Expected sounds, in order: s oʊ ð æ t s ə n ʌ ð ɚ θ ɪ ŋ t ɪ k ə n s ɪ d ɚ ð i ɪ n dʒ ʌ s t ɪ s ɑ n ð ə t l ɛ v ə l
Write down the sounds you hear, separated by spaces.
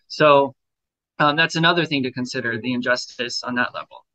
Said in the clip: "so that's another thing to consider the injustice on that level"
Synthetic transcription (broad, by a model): s oʊ ð æ t s ə n ʌ ð ɚ θ ɪ ŋ t ɪ k ə n s ɪ d ɚ ð i ɪ n dʒ ʌ s t ɪ s n ð ə t l ɛ v l